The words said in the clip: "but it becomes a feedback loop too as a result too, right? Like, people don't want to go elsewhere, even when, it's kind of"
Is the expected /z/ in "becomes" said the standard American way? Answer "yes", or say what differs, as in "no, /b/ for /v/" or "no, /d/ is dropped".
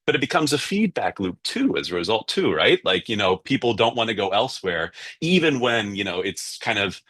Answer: yes